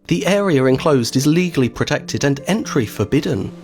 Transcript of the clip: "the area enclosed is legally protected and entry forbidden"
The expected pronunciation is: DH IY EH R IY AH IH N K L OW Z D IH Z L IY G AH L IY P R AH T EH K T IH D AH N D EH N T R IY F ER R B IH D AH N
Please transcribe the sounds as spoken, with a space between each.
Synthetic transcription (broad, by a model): DH IY EH R IY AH IH N K L OW Z D IH Z L IY G AH L IY P R AH T EH K T IH D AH N EH N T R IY F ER B IH D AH N